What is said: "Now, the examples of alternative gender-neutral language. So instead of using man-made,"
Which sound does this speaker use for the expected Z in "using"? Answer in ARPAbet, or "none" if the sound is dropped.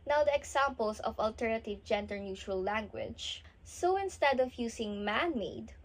S